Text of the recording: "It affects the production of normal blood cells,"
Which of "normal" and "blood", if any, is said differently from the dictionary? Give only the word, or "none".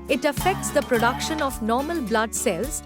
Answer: none